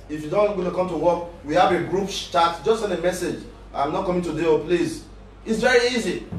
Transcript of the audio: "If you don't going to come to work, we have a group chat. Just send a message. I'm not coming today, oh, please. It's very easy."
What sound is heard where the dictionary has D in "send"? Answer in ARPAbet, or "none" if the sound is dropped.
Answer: none